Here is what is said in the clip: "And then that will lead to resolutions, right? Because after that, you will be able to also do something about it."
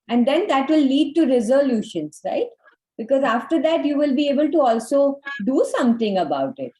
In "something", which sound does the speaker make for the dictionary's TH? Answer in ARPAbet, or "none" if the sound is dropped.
T